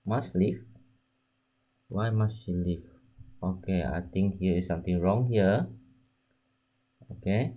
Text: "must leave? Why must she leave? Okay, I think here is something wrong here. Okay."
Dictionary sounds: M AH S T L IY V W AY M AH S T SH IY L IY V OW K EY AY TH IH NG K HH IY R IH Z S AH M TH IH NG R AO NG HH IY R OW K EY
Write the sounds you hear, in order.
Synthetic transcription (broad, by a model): M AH S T L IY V W AY M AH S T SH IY L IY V OW K EY AY T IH NG K HH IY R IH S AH M T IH NG R AO NG HH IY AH OW K EY